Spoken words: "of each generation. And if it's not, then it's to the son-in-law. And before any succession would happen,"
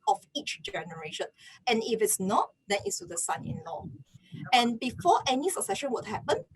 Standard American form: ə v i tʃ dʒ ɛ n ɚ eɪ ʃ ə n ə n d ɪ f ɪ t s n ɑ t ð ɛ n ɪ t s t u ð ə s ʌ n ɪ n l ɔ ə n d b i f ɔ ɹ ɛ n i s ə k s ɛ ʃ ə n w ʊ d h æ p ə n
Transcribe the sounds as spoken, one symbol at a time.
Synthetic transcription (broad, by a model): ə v i tʃ dʒ ɛ n ɚ eɪ ʃ ə n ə n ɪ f ɪ t s n ɑ t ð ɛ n ɪ t s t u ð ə s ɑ n ɪ n l ɔ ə n b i f ɔ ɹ ɛ n i s ə k s ɛ ʃ ə n w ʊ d h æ p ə n